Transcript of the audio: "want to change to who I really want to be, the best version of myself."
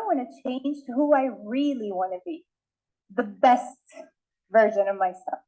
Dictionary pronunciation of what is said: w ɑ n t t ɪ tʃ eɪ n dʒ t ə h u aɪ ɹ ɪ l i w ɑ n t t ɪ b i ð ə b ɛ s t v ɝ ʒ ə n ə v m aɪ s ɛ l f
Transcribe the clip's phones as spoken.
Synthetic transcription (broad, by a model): w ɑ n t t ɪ tʃ eɪ n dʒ h u aɪ ɹ ɪ l i w ɑ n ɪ b i ð ə b ɛ s t v ɝ ʒ ə n ə v m aɪ s ɛ l f